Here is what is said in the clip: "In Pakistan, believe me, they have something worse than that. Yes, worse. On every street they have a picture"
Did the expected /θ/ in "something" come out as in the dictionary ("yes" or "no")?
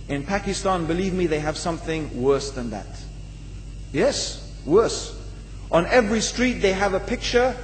yes